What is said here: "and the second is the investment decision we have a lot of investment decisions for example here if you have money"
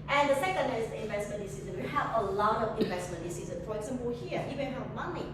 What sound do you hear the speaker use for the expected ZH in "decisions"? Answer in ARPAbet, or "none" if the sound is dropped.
Z